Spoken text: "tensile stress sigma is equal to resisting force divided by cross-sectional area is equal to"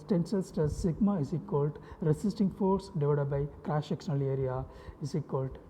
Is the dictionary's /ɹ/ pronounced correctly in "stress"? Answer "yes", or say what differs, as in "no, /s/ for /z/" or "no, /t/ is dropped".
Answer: no, /ɹ/ is dropped